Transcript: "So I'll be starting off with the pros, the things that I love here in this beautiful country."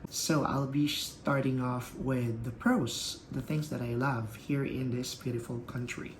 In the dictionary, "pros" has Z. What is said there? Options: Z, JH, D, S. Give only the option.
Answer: S